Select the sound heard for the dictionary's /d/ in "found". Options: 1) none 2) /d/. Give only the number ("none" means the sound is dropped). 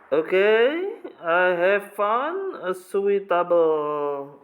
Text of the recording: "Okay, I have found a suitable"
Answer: 1